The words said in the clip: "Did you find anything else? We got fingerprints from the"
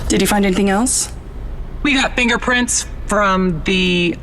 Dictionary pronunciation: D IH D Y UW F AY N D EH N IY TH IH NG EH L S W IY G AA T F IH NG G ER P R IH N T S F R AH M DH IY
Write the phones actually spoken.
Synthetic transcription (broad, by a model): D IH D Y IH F AY N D EH N IY TH IH NG EH L S W IY G AA T F IH NG G ER P R IH N T S F R AH M DH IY